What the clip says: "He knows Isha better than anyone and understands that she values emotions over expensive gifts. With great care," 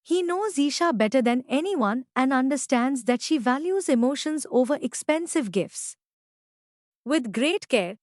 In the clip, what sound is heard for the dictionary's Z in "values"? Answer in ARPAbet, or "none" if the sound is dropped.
Z